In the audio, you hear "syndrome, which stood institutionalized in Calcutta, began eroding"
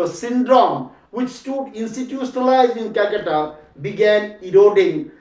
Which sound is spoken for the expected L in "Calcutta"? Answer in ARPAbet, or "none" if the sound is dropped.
none